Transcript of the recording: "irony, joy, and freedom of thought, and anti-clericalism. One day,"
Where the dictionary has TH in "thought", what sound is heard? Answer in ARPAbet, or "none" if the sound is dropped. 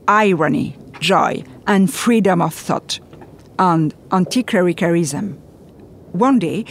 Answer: TH